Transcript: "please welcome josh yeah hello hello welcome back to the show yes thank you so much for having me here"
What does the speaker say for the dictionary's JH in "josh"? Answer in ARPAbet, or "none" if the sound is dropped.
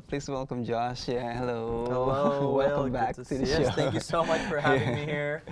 JH